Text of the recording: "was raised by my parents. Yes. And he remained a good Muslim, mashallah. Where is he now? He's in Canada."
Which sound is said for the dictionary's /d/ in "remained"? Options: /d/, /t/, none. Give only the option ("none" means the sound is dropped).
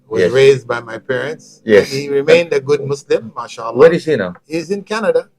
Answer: /d/